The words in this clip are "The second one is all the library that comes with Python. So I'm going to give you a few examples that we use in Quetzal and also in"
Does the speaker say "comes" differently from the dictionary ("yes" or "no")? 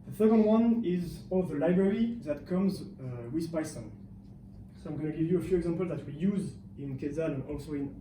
no